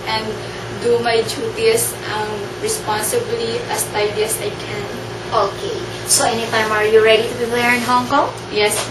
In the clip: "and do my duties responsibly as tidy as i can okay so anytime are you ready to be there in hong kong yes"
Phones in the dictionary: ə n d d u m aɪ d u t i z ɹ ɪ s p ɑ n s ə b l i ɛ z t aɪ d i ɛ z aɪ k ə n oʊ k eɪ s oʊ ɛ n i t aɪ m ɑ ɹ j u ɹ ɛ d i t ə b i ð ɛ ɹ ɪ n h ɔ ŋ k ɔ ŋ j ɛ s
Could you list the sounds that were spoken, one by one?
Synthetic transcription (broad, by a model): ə n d d u m aɪ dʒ u t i s ɹ ɪ s p ɑ n s ə b l i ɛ s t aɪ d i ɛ s aɪ k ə n oʊ k eɪ s oʊ ɛ n i t aɪ m ɑ ɹ j u ɹ ɛ d i t ə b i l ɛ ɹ ɪ n h ɔ ŋ k ɔ ŋ j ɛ s